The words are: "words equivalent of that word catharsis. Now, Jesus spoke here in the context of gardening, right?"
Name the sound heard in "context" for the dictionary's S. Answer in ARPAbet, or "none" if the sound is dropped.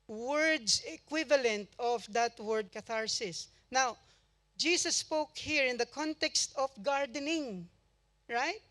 S